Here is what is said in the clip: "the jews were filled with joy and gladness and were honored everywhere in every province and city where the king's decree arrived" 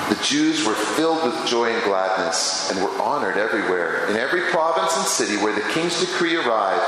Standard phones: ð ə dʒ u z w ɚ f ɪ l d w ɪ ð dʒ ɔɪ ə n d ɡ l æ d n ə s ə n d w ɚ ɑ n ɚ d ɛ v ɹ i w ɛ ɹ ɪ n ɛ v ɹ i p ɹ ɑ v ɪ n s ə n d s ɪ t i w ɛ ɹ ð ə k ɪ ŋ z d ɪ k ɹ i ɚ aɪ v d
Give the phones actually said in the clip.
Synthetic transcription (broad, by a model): ð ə dʒ u z w ɚ f ɪ l d w ɪ ð dʒ ɔɪ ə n ɡ l æ d n ə s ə n w ɚ ɑ n ɚ d ɛ v ɹ i w ɛ ɹ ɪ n ɛ v ɹ i p ɹ ɑ v ɪ n s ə n s ɪ t i w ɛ ɹ ð ə k ɪ ŋ z d ɪ k ɹ i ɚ aɪ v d